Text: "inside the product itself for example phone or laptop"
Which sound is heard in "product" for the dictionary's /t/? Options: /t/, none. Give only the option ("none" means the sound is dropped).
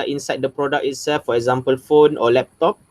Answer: none